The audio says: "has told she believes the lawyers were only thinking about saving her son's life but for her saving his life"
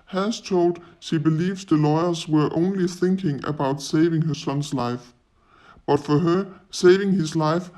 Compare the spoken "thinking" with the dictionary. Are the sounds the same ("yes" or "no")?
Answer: yes